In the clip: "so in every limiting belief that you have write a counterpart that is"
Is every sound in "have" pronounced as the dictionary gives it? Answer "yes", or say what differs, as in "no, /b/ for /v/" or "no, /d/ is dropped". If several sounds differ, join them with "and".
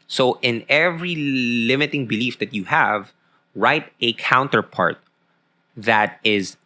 yes